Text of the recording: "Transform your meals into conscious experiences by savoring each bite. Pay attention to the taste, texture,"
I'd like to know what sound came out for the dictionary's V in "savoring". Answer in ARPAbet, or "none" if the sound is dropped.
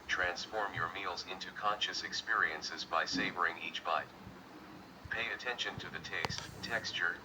V